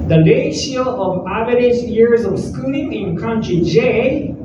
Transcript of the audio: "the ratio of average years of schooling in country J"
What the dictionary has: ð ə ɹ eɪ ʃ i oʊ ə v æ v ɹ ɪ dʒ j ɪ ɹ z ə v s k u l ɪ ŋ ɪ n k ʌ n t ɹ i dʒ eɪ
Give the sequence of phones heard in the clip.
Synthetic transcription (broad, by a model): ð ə l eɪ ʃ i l ə v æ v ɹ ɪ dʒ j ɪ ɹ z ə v s k u l ɪ ŋ ɪ n k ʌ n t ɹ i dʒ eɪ